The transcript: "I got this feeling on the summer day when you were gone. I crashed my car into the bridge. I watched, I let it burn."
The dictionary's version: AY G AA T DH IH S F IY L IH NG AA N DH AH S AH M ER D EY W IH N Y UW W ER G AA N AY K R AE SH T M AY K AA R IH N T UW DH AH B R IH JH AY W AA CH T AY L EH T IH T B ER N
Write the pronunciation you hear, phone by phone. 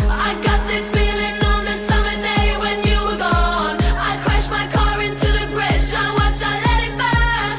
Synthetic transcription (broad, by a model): AY G AA T DH IH S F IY L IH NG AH N DH AH S AH M ER D EY W IH N Y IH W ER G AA N AY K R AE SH M AY K AA R IH N T UW DH AH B R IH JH AY W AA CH AY L EH T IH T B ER